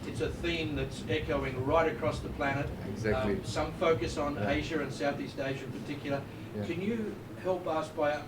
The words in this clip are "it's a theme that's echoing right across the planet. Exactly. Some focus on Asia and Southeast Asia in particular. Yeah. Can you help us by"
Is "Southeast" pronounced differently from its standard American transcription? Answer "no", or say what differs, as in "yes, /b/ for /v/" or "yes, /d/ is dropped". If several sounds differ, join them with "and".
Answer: no